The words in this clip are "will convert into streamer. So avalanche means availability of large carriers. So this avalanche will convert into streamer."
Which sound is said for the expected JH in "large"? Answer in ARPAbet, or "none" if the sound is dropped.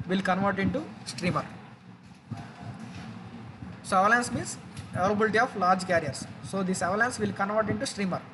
JH